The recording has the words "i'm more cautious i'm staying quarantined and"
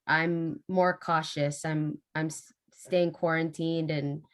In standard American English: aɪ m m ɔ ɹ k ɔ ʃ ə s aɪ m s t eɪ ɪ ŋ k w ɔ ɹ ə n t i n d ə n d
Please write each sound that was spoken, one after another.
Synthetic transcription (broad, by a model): aɪ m m ɔ ɹ k ɔ ʃ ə s aɪ m s t eɪ ɪ ŋ k w ɔ ɹ ə n t i n d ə n